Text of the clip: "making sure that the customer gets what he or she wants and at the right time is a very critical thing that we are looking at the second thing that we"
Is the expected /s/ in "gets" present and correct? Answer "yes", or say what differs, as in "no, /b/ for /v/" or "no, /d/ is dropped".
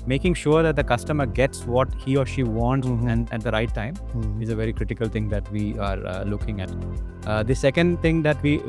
yes